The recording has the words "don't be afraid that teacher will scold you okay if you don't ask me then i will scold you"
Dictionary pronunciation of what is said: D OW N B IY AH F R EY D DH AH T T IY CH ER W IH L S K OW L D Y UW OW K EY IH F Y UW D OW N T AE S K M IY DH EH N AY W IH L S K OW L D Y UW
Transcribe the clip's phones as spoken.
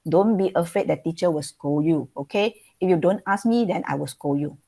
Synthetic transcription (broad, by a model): D OW N B IY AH F EY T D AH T T IY CH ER W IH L S K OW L Y UW OW K EY IH F Y UW D OW N T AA S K M IY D EH N AY W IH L S K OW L Y UW